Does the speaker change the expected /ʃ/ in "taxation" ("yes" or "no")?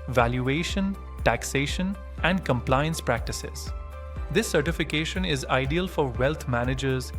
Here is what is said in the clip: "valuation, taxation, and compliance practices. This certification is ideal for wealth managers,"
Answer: no